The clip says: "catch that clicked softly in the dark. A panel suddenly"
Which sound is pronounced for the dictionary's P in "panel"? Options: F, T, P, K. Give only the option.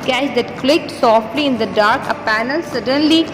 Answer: P